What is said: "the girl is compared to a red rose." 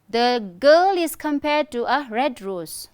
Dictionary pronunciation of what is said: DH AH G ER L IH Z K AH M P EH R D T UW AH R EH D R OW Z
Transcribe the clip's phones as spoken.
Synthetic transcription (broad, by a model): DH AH G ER L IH S K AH M P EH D T UW AH R EH D R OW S